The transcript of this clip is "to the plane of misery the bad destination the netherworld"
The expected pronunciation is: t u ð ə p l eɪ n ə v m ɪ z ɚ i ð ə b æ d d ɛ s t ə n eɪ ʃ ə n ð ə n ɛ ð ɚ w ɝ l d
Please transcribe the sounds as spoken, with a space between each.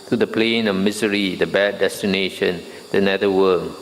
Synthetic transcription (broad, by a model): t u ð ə p l eɪ n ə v m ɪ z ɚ i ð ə b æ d d ɛ s t ə n eɪ ʃ ə n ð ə n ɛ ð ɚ w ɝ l